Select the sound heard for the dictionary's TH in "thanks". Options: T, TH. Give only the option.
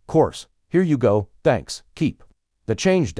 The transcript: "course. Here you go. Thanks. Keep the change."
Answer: TH